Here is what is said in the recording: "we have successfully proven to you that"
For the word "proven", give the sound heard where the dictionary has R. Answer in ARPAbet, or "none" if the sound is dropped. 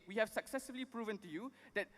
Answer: R